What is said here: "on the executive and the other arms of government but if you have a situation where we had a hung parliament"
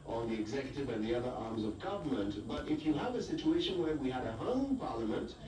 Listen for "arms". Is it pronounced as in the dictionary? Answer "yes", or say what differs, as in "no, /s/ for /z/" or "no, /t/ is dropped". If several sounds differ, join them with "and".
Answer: yes